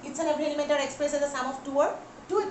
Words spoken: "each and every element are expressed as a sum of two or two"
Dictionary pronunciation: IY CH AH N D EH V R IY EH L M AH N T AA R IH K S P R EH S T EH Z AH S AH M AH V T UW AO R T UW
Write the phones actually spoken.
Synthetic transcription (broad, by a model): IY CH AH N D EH B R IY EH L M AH N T AA R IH K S P R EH S EH Z AH S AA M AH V T UW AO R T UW